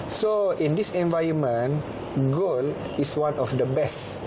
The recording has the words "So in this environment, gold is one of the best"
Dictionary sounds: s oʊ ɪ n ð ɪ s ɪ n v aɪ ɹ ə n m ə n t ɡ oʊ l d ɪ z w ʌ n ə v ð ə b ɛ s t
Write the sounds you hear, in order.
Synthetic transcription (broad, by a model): s oʊ ɪ n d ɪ s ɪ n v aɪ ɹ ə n m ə n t ɡ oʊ l ɪ s w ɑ n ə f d ə b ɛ s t